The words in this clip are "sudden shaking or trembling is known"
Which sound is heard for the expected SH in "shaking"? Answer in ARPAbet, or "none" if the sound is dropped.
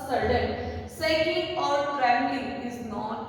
S